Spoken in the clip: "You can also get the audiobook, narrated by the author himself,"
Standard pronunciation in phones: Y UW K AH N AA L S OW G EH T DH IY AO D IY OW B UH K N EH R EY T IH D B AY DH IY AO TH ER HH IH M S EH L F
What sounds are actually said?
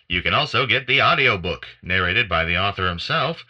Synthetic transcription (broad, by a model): Y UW K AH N AA L S OW G EH T DH IY AO D IY OW B UH K N EH R EY T IH D B AY DH IY AO TH ER HH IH M S EH L F